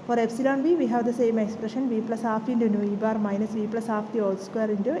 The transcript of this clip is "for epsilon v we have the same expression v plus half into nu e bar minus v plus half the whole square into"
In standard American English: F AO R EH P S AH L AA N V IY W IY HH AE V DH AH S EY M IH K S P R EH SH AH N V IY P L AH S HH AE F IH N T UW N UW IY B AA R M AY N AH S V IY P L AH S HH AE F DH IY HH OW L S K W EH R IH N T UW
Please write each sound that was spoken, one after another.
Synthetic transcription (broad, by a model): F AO R EH P S AH L AA N V IY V IY HH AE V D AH S EY M IH K S P R EH SH AH N V IY P L AH S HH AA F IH N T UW N UW IY B AA R M AY N AH S V IY P L AH S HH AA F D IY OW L S K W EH R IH N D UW